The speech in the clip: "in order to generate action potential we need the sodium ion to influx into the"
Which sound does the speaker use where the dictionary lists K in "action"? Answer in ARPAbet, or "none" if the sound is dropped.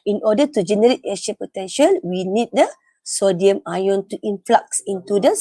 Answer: none